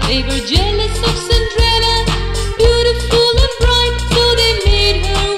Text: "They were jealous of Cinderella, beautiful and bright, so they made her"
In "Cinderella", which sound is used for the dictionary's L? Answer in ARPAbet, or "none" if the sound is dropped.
W